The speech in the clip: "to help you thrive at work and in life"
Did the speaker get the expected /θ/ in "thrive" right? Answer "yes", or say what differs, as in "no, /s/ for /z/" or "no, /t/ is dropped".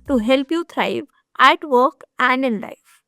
no, /t/ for /θ/